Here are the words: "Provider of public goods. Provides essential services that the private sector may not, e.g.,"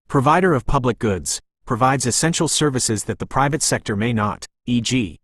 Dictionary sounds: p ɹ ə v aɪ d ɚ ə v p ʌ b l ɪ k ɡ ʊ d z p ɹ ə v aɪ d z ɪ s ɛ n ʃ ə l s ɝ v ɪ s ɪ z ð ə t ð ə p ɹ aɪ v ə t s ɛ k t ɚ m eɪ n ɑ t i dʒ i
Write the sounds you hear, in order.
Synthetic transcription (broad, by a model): p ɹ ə v aɪ d ɚ ə v p ʌ b l ɪ k ɡ ʊ d z p ɹ ə v aɪ d z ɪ s ɛ n ʃ l s ɝ v ɪ s ɪ z ð ə t ð ə p ɹ aɪ v ə t s ɛ k t ɚ m eɪ n ɑ t i dʒ i